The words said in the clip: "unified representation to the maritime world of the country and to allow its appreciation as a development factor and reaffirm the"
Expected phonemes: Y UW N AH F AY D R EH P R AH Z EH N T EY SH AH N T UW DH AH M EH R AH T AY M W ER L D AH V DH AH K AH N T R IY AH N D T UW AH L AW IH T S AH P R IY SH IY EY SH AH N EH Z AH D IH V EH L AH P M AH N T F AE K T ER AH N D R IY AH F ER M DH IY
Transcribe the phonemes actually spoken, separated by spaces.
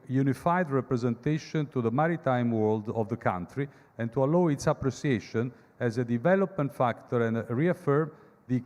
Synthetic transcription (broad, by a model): Y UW N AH F AY D R EH P R AH Z EH N T EY SH AH N T UW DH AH M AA R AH T AY M W ER L D AH V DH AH K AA N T R IY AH N T UW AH L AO IH T S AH P R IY S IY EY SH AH N EH Z AH D IH V EH L AH P M AH N T F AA K T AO AH N D R IY AH F ER M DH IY